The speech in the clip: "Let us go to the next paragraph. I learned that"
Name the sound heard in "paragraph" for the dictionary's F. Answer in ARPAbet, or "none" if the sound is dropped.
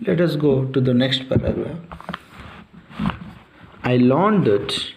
none